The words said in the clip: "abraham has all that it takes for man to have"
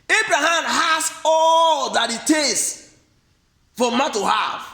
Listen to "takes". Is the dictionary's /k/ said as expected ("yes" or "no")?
no